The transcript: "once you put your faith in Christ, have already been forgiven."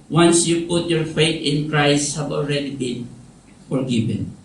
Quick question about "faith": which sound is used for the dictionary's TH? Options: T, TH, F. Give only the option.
T